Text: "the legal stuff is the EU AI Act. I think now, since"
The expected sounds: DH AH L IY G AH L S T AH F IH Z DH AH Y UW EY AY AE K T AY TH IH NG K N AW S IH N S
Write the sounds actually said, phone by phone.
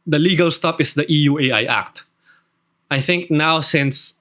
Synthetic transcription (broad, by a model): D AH L IY G AH L S T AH P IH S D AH Y UW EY AY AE K T AY TH IH NG K N AW S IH N S